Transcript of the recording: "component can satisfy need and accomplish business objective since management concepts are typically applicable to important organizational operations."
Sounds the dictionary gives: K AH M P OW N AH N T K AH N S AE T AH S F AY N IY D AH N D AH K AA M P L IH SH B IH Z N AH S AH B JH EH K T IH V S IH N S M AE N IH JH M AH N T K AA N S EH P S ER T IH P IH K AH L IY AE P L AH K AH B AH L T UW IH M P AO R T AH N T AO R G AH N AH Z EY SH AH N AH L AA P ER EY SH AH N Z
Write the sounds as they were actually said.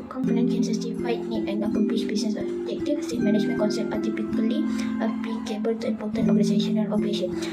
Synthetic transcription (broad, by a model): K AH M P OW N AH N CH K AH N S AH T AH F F AY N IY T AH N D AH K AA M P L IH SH B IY S N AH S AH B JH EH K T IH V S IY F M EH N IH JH M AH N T K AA N S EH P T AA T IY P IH K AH L IY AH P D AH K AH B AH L T UW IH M P AO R T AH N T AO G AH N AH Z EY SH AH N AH N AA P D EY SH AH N